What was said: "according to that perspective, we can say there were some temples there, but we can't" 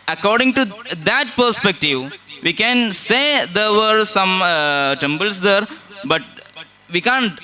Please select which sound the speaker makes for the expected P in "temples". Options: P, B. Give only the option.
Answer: B